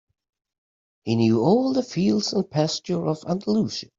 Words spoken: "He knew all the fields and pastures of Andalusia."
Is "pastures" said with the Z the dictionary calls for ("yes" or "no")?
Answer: no